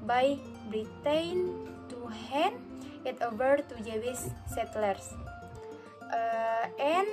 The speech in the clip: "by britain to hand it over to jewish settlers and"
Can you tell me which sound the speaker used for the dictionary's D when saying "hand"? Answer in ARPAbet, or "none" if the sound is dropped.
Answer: none